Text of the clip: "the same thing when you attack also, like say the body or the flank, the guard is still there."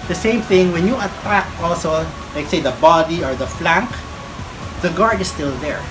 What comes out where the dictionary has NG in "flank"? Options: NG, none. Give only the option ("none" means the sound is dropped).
NG